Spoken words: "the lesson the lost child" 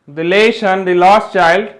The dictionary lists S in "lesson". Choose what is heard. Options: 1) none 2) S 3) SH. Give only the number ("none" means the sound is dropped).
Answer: 3